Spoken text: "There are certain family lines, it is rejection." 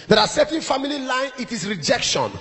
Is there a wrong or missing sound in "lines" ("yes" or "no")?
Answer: yes